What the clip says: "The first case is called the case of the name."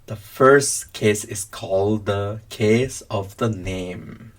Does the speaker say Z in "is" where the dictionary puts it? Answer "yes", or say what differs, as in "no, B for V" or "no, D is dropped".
no, S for Z